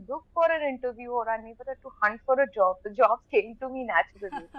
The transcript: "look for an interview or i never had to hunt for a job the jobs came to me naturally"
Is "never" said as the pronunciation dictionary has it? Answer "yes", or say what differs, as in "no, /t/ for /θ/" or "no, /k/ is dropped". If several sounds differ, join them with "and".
no, /b/ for /v/